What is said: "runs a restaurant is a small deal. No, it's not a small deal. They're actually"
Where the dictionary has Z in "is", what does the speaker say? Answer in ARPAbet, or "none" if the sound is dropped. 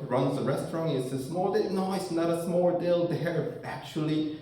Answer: S